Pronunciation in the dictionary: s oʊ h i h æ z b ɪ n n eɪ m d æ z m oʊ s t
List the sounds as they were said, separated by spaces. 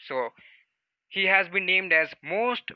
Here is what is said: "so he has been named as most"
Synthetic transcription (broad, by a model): s oʊ h i h æ z b ɪ n n eɪ m d æ z m oʊ s t